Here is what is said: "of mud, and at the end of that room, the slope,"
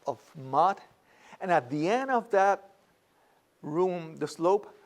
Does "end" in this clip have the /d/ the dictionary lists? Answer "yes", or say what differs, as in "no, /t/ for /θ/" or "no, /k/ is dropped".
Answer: yes